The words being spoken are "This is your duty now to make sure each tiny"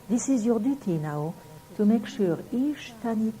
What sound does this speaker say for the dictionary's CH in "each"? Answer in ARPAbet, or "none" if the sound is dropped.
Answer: SH